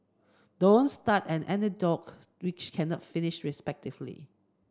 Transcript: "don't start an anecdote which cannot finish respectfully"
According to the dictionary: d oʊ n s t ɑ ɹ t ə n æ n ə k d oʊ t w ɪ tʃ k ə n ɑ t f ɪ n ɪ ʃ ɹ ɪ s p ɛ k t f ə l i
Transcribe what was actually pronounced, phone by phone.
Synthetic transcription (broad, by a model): d oʊ n s t ɑ t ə n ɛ n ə d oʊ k w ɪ tʃ k ə n ɑ t f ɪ n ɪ ʃ ɹ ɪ s p ɛ k t ə l i